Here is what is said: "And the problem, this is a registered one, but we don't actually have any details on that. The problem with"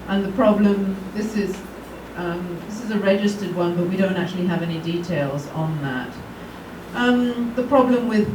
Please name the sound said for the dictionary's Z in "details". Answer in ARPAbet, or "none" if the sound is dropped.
Z